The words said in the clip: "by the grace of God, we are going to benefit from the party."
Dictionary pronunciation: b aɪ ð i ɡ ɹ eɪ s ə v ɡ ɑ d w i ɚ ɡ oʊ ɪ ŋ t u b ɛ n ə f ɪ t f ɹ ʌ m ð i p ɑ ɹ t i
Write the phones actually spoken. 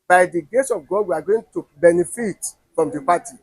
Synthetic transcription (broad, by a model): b aɪ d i ɡ eɪ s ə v ɡ ɑ d w i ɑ ɡ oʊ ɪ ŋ t u b ɛ n ə f ɪ t f ɹ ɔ m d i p ɑ t i